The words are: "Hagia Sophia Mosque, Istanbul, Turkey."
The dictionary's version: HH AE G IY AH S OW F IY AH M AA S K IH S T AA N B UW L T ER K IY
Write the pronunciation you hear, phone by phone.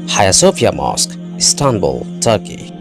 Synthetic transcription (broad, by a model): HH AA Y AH S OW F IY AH M AA S K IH S T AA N B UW L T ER K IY